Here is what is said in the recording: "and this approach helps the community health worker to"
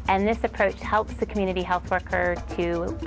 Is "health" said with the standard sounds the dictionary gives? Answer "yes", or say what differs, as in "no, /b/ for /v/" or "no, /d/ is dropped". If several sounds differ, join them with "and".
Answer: yes